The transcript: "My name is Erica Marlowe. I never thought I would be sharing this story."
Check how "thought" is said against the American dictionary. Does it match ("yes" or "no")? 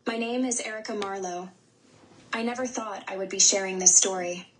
yes